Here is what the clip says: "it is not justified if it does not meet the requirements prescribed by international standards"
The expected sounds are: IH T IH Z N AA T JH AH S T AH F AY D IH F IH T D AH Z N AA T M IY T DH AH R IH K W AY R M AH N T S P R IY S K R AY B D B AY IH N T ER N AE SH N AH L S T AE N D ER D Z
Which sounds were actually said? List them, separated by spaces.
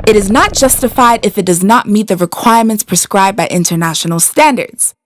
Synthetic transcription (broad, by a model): IH T IH Z N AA T JH AH S T AH F AY D IH F IH T D AH Z N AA T M IY T DH AH R IH K W AY R M AH N T S P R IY S K R AY B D B AY IH N T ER N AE SH N L S T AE N D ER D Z